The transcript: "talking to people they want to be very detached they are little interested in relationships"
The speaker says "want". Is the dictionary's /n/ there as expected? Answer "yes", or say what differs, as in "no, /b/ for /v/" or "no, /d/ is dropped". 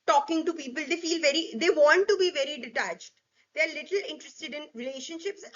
no, /l/ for /n/